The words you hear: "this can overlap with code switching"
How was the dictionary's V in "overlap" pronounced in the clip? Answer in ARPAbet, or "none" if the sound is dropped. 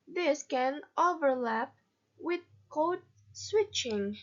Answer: V